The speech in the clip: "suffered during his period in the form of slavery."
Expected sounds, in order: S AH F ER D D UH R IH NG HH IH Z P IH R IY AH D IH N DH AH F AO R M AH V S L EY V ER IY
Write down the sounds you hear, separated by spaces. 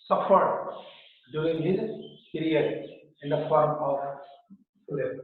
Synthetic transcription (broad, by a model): S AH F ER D D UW IH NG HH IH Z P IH R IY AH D IH N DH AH F AO R M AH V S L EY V